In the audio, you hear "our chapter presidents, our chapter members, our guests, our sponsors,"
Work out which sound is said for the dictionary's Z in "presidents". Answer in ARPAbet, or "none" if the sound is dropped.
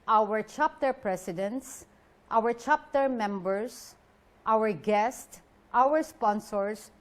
S